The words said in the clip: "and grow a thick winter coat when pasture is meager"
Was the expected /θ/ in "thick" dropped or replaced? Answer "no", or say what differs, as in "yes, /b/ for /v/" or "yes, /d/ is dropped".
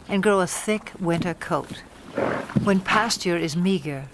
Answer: no